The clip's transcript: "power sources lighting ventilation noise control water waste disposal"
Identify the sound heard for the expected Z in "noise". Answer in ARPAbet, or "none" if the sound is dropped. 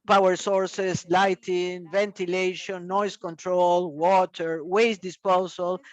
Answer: S